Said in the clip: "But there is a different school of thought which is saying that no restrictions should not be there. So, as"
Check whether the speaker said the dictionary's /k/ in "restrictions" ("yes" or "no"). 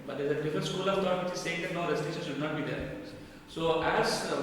no